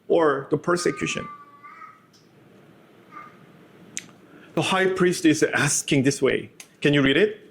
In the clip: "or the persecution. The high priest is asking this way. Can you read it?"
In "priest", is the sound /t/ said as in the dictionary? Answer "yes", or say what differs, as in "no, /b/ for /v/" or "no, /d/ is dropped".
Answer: yes